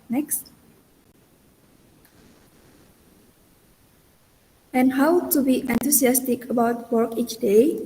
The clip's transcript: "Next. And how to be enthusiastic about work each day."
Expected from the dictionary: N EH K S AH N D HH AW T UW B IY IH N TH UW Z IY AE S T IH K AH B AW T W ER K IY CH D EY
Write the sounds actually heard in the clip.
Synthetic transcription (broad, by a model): N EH K S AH N HH AW T UW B IY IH N T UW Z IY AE S T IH K AH B AW T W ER K IY CH D EY